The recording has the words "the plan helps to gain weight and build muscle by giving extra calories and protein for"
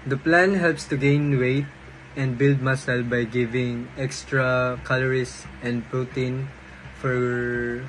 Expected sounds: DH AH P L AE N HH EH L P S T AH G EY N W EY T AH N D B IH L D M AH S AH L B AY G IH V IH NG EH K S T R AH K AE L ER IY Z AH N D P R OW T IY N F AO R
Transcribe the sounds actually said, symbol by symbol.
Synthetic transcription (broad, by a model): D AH P L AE N HH EH L P S T AH G EY N W EY T AH N D B IH L D M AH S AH L B AY G IH V IH NG EH K S T R AH K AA L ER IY S AH N D P R OW T IY N F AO R